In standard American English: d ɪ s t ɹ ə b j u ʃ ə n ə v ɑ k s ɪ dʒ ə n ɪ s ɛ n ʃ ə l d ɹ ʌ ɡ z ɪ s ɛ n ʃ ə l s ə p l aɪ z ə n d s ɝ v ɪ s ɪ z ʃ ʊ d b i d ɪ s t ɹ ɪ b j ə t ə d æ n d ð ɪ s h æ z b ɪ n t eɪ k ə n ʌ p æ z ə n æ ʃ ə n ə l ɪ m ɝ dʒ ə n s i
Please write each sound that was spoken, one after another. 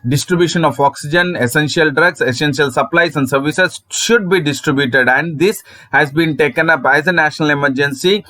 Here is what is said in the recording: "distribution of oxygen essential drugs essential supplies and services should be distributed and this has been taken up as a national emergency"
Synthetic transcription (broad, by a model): d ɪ s t ɹ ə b j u ʃ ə n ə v ɑ k s ɪ dʒ ə n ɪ s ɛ n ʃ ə l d ɹ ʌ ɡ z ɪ s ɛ n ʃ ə l s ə p l aɪ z ə n d s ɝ v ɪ s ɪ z ʃ ʊ d b i d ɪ s t ɹ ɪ b j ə t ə d æ n d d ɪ s h æ z b ɪ n t eɪ k ə n ʌ p æ z ə n æ ʃ ə n ə l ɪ m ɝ dʒ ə n s i